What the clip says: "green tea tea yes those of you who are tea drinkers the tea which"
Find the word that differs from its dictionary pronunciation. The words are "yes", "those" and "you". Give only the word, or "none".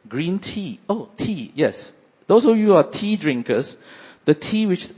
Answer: those